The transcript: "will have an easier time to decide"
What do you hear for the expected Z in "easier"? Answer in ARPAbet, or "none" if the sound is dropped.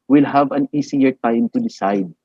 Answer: S